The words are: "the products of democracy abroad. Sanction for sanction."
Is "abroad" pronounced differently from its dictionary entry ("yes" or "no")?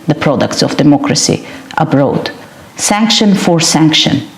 no